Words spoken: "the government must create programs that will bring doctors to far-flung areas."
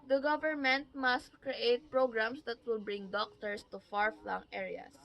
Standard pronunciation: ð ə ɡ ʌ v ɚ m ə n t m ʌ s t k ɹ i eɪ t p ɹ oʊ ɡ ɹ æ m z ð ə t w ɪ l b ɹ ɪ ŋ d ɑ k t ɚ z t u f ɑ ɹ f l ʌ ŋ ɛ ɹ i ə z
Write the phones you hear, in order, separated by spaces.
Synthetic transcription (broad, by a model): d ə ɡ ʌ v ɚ m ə n t m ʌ s t k ɹ i eɪ t p ɹ oʊ ɡ ɹ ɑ m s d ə t w ɪ l b ɹ ɪ ŋ d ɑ k t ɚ s t u f ɑ ɹ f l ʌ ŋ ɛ ɹ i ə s